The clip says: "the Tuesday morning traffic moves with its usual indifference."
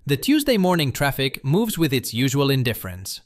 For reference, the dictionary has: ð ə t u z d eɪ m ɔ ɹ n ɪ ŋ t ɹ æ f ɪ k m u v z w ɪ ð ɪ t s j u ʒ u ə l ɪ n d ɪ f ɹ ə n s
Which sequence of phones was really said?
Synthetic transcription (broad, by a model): ð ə t u z d eɪ m ɔ ɹ n ɪ ŋ t ɹ æ f ɪ k m u v z w ɪ ð ɪ t s j u ʒ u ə l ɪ n d ɪ f ɹ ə n s